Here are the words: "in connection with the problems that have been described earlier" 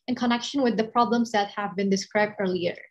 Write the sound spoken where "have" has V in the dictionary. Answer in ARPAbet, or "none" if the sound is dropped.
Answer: V